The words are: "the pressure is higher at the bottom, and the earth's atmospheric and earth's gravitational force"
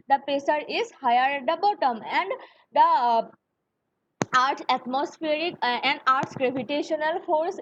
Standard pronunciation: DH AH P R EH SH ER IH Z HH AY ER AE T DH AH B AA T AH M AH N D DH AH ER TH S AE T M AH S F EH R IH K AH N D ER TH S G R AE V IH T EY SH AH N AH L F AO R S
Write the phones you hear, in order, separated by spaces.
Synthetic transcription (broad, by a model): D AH P EH S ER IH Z HH AY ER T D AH B AA T AH M AH N D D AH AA T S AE T M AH S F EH R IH K AH N D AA T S G R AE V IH T EY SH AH N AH L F AO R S